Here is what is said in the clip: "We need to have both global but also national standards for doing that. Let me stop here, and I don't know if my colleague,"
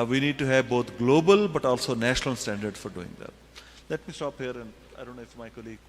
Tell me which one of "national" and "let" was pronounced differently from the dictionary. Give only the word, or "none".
none